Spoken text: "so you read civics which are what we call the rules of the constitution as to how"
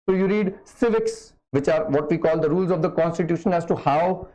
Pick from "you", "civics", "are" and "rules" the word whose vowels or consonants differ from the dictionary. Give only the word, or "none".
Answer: none